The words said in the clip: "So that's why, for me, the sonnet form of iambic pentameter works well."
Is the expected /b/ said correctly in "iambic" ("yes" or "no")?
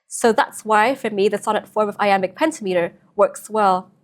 no